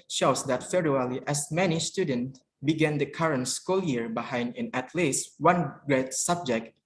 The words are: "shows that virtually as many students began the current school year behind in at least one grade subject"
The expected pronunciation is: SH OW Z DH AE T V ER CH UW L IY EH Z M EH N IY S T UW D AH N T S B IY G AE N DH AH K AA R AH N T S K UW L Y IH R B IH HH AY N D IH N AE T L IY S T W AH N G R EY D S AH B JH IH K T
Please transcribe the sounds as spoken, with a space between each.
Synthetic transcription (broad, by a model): SH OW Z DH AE T F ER UW L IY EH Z M EH N IY S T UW D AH N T B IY G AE N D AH K AA R AH N T S K UW L Y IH R B IH HH AY N D IH N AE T L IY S W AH N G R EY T S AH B JH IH K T